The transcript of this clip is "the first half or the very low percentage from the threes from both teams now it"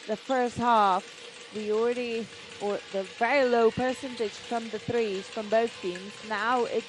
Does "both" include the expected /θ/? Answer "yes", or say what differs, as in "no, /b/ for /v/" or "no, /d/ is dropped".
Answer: yes